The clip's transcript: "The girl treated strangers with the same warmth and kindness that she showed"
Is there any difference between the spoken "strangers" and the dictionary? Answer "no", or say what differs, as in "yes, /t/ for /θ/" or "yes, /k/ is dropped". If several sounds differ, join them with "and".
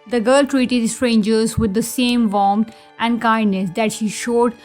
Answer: no